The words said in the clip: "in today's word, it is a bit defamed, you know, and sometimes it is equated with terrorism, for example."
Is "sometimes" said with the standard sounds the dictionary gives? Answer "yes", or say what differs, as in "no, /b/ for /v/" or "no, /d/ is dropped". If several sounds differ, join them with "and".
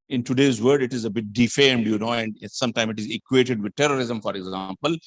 no, /z/ is dropped